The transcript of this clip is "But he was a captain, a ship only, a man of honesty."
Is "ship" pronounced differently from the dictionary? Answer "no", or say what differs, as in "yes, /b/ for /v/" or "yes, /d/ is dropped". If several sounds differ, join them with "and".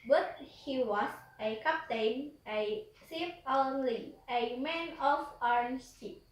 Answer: yes, /s/ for /ʃ/